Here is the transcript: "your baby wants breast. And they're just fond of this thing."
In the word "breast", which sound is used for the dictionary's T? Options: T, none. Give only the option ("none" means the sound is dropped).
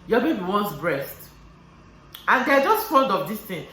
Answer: T